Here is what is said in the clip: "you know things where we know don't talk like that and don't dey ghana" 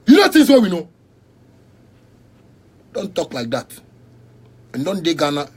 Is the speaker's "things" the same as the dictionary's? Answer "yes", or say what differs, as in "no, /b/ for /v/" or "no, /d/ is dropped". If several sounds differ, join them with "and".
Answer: no, /t/ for /θ/